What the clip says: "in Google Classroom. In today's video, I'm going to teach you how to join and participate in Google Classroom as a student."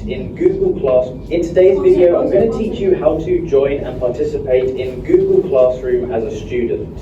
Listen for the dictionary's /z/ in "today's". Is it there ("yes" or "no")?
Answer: yes